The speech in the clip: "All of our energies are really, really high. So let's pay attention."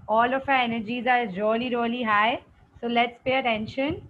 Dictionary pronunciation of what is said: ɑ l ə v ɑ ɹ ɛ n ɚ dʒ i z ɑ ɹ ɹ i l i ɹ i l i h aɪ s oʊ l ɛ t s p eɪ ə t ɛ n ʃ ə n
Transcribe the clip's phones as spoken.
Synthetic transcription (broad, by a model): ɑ l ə f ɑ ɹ ɛ n ɚ dʒ i z ɑ ɹ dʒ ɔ l i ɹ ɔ l i h aɪ s oʊ l ɛ t s p eɪ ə t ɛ n ʃ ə n